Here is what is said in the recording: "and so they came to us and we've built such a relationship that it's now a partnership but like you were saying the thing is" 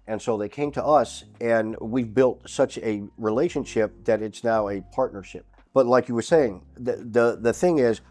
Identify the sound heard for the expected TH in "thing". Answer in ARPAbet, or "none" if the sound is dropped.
TH